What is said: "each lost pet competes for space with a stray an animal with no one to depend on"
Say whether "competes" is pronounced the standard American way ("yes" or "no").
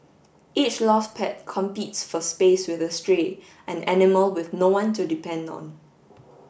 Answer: yes